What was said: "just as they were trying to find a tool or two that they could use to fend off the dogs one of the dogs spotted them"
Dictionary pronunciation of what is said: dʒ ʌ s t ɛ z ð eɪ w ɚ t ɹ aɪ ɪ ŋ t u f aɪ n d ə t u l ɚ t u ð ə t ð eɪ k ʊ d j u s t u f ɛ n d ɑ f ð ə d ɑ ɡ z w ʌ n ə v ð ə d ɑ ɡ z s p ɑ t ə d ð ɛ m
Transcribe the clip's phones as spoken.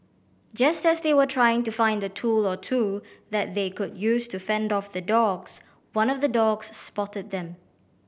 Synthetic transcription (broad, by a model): dʒ ʌ s t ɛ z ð eɪ w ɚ t ɹ aɪ ɪ ŋ t u f aɪ n d ə t u l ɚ t u ð ə t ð eɪ k ʊ d j u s t u f ɛ n d ɑ f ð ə d ɑ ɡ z w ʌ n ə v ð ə d ɑ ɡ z s p ɑ t ə d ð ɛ m